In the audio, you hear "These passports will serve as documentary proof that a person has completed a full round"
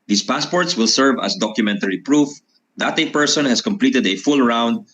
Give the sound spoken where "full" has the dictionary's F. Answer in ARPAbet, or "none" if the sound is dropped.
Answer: F